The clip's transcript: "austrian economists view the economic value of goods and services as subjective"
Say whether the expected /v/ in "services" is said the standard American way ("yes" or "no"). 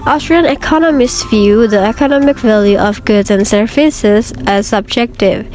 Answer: no